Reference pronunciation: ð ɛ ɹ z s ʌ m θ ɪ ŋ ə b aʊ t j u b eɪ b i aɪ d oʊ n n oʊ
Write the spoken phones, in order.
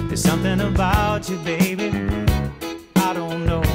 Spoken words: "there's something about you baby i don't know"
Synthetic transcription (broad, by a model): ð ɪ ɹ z s ʌ m θ ɪ ŋ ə b aʊ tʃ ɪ b eɪ b i aɪ d oʊ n n oʊ